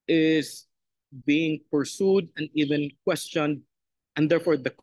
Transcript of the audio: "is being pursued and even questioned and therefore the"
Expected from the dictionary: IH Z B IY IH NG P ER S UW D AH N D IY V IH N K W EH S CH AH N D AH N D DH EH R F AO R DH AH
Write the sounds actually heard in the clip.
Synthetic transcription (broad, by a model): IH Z B IY IH NG P ER S UW D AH N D IY V IH N K W EH S CH AH N D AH N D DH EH R F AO R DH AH